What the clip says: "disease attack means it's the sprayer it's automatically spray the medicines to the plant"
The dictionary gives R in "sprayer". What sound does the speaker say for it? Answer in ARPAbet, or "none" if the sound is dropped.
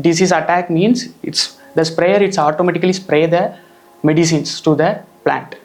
R